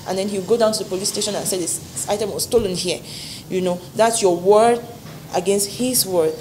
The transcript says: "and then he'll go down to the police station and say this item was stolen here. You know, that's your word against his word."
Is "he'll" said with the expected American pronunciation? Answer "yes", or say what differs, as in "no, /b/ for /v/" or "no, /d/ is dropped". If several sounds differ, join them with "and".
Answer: no, /w/ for /l/